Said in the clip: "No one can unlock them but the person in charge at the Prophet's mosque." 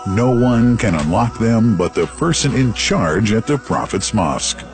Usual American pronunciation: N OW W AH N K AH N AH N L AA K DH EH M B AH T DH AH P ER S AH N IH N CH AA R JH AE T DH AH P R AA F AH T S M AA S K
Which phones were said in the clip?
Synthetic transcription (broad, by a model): N OW W AH N K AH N AH N L AA K DH EH M B AH T DH AH P ER S AH N IH N CH AA R JH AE T DH AH P R AA F AH T S M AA S K